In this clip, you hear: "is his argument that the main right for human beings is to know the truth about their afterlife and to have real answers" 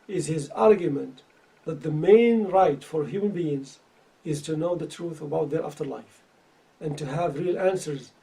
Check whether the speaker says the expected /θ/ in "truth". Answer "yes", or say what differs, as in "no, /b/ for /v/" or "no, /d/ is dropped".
yes